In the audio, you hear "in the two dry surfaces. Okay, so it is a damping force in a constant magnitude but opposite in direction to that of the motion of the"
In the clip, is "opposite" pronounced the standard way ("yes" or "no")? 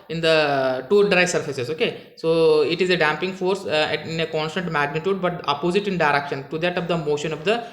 yes